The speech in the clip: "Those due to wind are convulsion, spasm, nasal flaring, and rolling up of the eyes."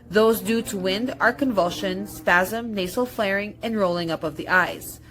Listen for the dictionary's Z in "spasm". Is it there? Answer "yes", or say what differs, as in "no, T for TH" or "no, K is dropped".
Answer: yes